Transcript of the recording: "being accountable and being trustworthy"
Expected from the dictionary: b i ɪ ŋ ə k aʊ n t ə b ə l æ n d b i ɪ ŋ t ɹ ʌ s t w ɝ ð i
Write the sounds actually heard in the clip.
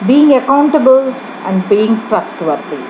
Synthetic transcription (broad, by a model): b i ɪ ŋ ə k aʊ n t ə b ə l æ n d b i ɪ ŋ t ɹ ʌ s t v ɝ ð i